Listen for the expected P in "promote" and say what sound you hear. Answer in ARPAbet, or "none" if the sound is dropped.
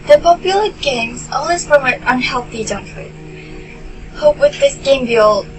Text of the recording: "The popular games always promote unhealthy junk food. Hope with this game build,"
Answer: F